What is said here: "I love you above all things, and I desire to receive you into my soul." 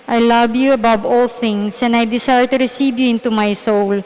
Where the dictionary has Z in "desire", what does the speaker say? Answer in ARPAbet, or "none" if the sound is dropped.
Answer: S